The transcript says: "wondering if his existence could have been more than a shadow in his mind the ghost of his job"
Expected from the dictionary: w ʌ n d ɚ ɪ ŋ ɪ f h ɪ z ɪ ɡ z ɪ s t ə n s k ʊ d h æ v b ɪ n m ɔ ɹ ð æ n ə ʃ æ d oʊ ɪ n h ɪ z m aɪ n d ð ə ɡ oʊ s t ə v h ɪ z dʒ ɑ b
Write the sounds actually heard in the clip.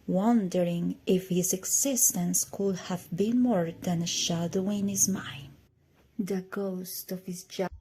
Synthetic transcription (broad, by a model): w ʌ n d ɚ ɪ ŋ ɪ f h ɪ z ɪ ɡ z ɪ s t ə n s k ʊ d h æ v b ɪ n m ɔ ɹ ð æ n ə ʃ æ d oʊ ɪ n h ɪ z m aɪ n d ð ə ɡ oʊ s t ə v h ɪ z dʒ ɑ